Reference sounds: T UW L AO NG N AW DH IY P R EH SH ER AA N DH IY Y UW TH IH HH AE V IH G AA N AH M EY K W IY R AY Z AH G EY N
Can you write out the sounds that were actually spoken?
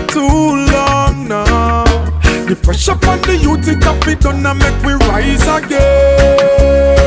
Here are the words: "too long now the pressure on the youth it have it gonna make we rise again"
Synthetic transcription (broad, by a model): T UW L AO NG N AW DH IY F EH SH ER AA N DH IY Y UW T IH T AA F IH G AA N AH M EY K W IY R AY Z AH G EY